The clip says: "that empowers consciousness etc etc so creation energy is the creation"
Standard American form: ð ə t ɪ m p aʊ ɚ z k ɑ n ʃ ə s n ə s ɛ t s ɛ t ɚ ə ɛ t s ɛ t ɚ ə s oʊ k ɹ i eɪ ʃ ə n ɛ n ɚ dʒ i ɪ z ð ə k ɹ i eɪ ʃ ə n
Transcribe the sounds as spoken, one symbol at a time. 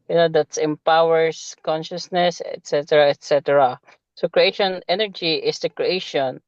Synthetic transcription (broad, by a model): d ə t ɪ m p aʊ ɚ s k ɑ n ʃ ə s n ə s ɛ t s ɛ t ɚ ə ɛ t s ɛ t ɚ ə s oʊ k ɹ i eɪ ʃ ə n ɛ n ɚ dʒ i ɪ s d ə k ɹ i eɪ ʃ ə n